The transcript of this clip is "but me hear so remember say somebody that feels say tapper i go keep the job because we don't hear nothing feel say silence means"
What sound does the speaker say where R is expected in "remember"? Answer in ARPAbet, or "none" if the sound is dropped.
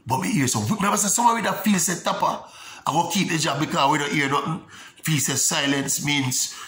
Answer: W